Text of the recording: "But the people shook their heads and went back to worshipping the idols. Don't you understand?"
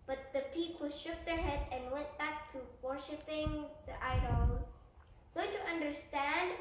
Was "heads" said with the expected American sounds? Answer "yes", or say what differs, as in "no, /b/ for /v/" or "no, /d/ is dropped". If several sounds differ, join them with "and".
no, /z/ is dropped